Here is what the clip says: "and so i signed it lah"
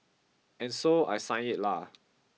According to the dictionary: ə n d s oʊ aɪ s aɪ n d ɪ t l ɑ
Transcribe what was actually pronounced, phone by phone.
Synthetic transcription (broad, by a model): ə n s oʊ aɪ s aɪ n ɪ t l ɑ